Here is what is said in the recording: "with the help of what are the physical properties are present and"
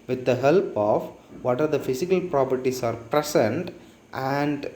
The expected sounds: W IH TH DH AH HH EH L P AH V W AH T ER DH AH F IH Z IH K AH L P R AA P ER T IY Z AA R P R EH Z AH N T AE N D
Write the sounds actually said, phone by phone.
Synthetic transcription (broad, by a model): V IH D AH HH EH L P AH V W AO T ER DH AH F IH S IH K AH L P R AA P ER T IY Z AA R P R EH S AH N T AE N D